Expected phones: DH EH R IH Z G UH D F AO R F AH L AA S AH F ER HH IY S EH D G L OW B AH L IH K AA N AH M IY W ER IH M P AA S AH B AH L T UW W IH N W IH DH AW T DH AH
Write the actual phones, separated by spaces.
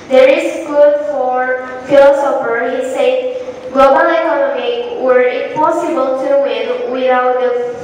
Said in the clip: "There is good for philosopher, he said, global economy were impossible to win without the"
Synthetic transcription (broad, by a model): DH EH R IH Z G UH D F AO R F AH L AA S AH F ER HH IY S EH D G OW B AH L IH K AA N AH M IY W ER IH P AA S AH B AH L T UW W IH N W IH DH AW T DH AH